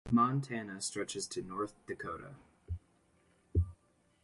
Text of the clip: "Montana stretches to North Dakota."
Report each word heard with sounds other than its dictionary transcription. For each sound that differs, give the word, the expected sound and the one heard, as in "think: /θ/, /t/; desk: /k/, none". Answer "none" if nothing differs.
none